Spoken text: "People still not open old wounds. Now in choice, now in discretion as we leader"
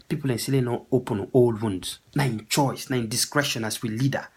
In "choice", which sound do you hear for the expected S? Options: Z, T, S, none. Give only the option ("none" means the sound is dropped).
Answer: S